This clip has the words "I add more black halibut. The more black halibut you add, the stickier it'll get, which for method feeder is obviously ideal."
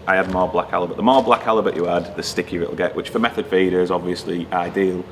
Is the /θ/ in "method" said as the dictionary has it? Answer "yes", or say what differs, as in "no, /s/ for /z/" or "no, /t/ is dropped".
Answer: yes